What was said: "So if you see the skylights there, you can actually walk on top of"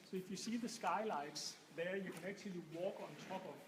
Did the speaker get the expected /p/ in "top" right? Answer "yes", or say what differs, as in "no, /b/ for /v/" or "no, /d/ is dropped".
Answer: no, /b/ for /p/